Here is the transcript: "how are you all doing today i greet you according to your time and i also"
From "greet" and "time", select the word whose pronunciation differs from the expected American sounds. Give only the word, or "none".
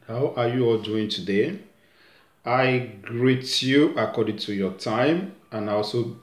none